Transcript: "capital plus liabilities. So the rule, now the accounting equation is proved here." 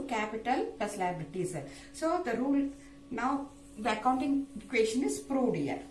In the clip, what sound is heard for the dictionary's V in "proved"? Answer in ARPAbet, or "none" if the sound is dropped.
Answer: none